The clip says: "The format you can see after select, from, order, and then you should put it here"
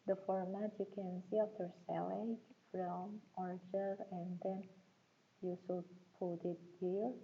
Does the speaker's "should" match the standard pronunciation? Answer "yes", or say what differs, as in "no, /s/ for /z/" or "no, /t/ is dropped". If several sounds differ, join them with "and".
no, /s/ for /ʃ/